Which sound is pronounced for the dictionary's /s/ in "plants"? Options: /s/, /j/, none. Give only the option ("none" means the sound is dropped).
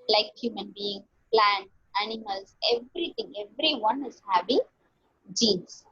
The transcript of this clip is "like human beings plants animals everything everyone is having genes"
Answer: none